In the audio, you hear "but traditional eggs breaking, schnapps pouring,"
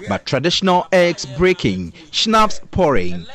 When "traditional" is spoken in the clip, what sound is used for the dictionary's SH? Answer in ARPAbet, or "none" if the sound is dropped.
SH